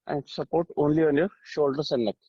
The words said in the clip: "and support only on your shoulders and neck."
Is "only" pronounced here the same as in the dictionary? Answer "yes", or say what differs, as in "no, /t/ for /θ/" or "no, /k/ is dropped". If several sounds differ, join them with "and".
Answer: yes